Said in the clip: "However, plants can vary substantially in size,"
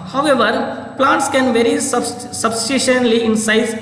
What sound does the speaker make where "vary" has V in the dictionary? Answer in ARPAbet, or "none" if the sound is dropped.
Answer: V